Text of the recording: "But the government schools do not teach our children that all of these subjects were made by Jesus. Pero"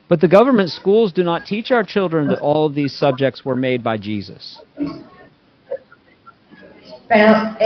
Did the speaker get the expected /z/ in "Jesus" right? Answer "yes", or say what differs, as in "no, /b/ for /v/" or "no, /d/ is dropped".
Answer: yes